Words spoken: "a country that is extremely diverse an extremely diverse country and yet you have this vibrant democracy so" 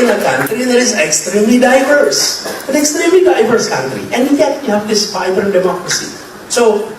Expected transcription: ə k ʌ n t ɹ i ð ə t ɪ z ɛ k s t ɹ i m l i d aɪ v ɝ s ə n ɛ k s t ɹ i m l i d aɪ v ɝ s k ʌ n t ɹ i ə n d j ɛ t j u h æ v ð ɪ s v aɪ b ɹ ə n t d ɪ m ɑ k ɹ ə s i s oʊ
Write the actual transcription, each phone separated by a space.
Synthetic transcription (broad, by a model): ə k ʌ n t ɹ i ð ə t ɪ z ɛ k s t ɹ i m l i d aɪ v ɝ s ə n ɛ k s t ɹ i m l i d aɪ v ɝ s k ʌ n t ɹ i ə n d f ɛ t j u h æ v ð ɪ s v aɪ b ə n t d ɪ m ɑ k ɹ ə s i s oʊ